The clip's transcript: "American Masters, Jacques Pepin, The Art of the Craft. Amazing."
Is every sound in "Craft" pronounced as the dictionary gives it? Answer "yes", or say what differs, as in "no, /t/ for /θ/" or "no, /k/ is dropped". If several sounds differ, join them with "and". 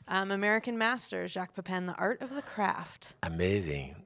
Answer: yes